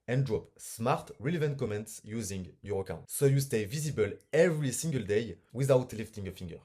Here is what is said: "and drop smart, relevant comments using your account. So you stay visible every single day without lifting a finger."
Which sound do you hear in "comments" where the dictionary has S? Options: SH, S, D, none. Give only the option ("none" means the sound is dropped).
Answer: S